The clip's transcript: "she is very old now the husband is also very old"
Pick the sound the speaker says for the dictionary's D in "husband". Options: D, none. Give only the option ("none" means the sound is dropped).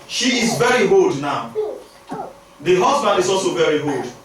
D